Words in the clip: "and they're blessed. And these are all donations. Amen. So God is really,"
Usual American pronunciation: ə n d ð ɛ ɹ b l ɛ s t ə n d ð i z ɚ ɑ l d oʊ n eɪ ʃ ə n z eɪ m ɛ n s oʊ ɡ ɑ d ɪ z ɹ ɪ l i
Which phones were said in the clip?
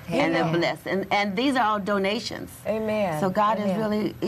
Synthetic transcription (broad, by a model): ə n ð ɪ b l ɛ s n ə n ð i z ɚ ɑ l d oʊ n eɪ ʃ ə n z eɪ m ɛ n s oʊ ɡ ɑ d ɪ z ɹ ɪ l i